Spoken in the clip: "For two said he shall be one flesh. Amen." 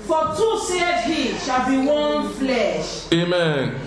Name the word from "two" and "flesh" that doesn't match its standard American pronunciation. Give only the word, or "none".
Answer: none